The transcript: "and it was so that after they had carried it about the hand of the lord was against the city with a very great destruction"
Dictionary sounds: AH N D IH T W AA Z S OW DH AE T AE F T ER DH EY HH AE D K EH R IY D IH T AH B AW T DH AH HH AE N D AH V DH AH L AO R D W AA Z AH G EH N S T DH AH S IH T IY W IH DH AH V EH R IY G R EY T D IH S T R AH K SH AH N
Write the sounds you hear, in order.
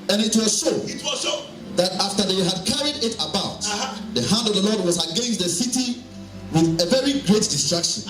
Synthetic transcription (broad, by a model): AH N IH T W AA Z SH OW DH AE T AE F T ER DH EY HH AE D K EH R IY D IH T AH B AW T DH AH HH AE N D AH V DH AH L AO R D W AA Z AH G EH N S T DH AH S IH T IY W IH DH AH V EH R IY G R EY T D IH S T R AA K SH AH N